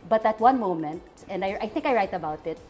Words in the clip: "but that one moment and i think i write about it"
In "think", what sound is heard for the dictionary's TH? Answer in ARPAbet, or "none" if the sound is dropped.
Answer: TH